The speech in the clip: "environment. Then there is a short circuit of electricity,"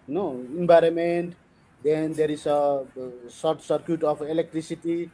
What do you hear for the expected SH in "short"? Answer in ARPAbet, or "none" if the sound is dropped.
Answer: S